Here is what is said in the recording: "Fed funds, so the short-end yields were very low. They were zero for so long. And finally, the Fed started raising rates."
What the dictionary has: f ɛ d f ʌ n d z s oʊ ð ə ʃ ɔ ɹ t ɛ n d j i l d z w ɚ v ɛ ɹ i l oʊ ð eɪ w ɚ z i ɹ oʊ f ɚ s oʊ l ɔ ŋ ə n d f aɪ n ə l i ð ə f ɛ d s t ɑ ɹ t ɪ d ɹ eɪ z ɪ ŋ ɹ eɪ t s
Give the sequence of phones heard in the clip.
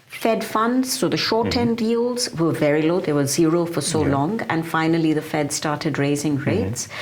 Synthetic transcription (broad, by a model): f ɛ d f ʌ n d z s oʊ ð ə ʃ ɔ ɹ t ɛ n d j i l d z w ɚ v ɛ ɹ i l oʊ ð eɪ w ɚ z i ɹ oʊ f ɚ s oʊ l ɔ ŋ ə n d f aɪ n ə l i ð ə f ɛ d s t ɑ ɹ t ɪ d ɹ eɪ z ɪ ŋ ɹ eɪ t s